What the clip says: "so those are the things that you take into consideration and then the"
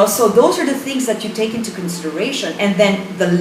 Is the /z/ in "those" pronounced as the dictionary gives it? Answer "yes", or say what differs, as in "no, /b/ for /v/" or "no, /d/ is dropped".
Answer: yes